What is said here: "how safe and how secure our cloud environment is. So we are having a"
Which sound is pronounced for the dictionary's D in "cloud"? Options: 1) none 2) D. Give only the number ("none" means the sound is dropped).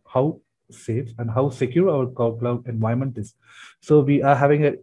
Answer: 1